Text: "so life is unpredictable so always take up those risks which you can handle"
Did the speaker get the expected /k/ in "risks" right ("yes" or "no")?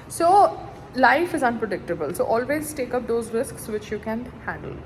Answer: yes